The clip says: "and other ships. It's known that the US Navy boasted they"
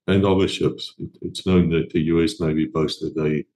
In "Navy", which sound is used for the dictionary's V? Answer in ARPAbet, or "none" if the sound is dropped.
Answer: B